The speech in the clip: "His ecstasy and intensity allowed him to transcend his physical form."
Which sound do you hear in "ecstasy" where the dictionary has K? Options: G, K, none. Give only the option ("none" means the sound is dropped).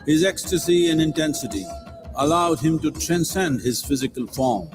K